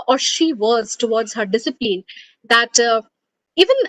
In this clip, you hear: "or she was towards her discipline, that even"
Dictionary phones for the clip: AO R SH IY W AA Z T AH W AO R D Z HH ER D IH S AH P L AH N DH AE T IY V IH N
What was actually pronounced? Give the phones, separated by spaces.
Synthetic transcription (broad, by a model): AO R SH IY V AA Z T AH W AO R D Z HH ER D IH S AH P L AH N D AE T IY V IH N